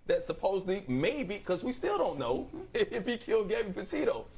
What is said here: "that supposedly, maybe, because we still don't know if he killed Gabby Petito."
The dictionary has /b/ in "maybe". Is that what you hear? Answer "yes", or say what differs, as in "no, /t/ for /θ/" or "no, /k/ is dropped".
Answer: no, /b/ is dropped